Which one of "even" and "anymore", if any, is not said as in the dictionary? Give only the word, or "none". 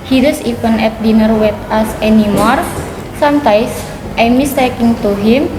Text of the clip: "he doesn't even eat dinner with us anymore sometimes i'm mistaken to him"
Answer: even